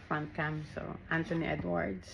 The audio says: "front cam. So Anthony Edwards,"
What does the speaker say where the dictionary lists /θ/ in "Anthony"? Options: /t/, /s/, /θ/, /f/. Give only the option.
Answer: /t/